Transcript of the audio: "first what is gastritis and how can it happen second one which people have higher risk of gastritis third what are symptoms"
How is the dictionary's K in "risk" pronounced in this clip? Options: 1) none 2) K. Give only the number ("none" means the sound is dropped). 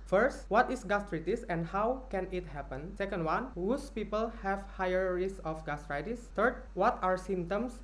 1